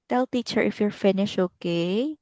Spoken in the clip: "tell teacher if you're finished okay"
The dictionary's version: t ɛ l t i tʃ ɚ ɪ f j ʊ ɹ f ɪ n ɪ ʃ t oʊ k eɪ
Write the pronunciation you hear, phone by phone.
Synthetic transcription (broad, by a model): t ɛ l t i tʃ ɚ ɪ f j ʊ ɹ f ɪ n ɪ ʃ oʊ k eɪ